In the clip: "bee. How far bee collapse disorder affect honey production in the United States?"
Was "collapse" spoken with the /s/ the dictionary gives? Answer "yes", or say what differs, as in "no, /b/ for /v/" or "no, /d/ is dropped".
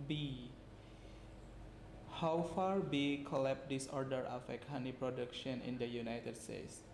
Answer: no, /s/ is dropped